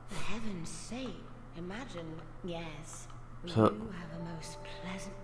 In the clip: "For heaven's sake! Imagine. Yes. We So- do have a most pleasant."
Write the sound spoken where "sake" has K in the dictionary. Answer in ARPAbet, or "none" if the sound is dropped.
none